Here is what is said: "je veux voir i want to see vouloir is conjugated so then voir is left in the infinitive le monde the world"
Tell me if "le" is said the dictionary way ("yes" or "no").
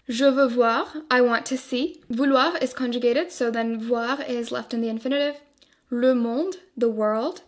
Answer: yes